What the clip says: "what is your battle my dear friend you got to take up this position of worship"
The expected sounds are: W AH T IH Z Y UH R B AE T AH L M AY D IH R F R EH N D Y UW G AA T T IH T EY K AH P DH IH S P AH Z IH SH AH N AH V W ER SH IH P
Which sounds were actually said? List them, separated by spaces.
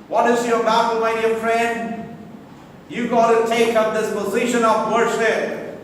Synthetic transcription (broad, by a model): W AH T IH Z Y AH R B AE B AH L M AY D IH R F R EH N D Y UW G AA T T IH T EY K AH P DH IH S P AH Z IH SH AH N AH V W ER SH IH P